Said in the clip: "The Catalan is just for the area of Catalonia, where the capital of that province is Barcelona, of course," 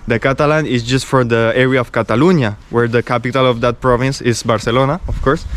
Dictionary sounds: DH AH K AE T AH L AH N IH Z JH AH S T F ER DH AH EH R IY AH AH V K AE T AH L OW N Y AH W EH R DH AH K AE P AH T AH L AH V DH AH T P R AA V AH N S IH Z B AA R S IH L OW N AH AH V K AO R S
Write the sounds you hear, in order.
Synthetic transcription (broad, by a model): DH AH K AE T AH L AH N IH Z JH AH S T F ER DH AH EH R IY AH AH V K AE T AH L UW N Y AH W EH R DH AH K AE P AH T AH L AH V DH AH T P R AA V AH N S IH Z B AA R S IH L OW N AH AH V K AO R S